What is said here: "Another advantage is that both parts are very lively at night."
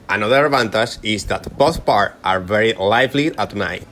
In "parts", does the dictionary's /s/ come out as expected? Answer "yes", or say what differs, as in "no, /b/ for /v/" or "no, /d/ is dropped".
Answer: no, /s/ is dropped